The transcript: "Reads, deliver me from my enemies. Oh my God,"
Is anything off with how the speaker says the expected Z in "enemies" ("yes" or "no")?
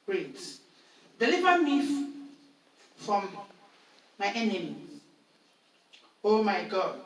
yes